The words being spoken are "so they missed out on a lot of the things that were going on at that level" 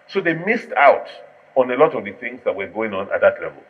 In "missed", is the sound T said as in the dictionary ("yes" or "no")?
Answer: yes